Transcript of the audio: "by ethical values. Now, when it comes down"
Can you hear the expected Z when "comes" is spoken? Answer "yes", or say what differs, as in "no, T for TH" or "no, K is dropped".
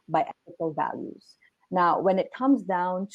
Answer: yes